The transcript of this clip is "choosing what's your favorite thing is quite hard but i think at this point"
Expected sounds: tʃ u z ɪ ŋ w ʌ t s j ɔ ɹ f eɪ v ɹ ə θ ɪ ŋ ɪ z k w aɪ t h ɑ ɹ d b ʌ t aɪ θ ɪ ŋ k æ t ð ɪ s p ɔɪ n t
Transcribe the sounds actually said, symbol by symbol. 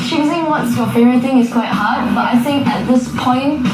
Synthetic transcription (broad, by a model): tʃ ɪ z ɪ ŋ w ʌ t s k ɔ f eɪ ɹ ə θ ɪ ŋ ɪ s k w aɪ t h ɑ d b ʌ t aɪ θ ɪ ŋ k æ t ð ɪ s p ɔɪ n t